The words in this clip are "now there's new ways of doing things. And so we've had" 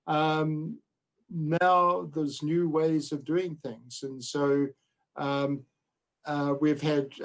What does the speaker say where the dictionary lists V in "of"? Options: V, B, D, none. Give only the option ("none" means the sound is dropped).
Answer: V